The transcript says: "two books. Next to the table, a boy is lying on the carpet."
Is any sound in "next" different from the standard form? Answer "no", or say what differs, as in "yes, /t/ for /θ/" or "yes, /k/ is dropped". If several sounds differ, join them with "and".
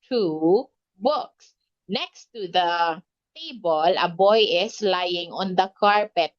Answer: no